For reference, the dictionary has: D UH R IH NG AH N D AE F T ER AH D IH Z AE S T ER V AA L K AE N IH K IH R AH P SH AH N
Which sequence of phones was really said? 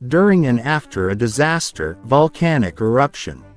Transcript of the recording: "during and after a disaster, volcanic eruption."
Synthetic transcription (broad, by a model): D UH R IH NG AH N AE F T ER AH D IH Z AE S T ER V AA L K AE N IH K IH R AH P SH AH N